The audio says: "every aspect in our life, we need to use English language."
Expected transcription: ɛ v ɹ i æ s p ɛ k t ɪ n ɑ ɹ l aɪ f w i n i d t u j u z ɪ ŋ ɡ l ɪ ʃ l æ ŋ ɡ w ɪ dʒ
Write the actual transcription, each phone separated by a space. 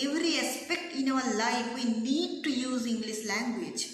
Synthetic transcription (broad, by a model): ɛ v ɹ i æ s p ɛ k t ɪ n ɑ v l aɪ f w i n i d t u j u z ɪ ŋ ɡ l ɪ s l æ ŋ ɡ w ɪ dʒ